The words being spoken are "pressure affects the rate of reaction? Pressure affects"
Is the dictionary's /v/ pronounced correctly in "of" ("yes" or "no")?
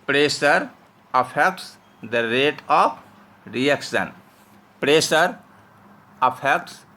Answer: no